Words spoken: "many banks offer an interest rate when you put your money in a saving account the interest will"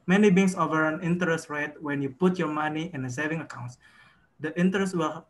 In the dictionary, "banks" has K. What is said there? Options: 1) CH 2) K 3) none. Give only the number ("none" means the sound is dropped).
3